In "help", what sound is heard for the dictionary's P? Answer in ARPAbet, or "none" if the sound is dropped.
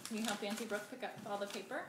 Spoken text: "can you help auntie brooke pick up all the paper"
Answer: F